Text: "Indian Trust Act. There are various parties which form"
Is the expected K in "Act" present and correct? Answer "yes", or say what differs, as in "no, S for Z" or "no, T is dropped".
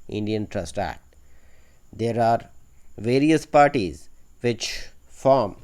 no, K is dropped